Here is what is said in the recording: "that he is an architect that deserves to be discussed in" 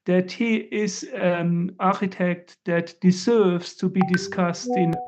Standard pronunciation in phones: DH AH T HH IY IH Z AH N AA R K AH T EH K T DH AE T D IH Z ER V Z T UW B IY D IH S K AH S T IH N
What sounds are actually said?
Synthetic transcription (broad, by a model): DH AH T HH IY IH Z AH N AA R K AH T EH K T DH AE T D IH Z ER V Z T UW B IY D IH S K AH S T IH N